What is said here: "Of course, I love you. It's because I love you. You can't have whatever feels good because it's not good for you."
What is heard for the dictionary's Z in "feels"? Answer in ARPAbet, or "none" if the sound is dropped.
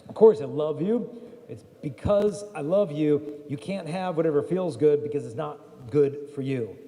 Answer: Z